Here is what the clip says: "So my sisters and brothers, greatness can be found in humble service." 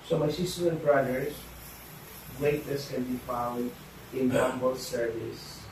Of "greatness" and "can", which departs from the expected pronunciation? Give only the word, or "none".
greatness